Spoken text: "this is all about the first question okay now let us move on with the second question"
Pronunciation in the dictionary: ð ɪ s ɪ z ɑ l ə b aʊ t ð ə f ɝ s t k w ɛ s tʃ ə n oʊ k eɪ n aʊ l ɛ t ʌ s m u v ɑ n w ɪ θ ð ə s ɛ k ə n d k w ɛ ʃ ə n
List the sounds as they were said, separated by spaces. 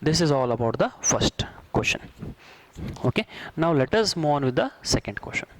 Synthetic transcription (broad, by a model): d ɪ s ɪ z ɑ l ə b aʊ t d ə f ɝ s t k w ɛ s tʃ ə n oʊ k eɪ n aʊ l ɛ t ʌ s m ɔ ɑ n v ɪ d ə s ɛ k ə n d k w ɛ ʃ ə n